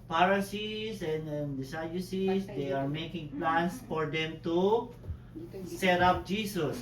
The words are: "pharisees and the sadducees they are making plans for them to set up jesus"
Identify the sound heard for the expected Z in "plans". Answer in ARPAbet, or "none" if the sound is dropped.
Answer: S